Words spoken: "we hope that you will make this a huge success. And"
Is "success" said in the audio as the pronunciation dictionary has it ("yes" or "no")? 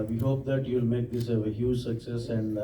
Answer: yes